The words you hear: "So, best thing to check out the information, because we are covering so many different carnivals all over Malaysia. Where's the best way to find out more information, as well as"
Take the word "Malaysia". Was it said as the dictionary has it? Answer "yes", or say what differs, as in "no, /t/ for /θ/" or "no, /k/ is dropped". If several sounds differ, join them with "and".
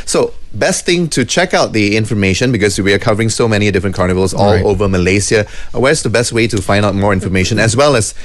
no, /s/ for /ʒ/